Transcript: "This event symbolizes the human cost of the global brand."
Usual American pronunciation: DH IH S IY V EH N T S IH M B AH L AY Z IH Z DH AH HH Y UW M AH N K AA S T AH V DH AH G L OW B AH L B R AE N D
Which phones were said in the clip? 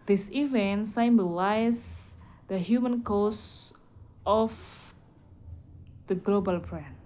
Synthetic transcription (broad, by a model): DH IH S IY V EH N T S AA M B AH L AY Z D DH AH HH Y UW M AH N K AA S T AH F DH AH G L OW B AH L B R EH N